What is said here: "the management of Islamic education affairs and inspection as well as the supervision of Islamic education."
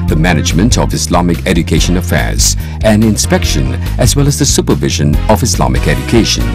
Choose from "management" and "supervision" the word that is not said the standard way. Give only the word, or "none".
none